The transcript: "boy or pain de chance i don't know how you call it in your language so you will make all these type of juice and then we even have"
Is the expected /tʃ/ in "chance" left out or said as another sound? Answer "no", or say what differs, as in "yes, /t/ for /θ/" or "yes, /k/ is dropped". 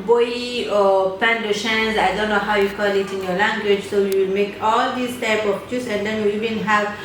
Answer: yes, /ʃ/ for /tʃ/